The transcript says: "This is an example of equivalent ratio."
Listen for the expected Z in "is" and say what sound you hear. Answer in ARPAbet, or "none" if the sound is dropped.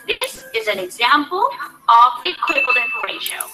Z